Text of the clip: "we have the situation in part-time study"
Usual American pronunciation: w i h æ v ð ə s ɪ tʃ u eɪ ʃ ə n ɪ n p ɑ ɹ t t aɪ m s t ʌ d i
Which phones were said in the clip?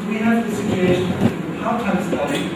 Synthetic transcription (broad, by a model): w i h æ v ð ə s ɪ tʃ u eɪ ə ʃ ɪ n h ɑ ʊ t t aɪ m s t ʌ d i